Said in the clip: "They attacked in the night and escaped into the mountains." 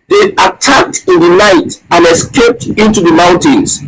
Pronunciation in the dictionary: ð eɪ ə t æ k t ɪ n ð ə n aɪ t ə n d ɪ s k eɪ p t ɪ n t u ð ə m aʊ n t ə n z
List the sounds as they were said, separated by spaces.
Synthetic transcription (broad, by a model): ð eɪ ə t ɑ k t ɪ n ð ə n aɪ t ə n ɪ s k eɪ p t ɪ n t u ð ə m aʊ n t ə n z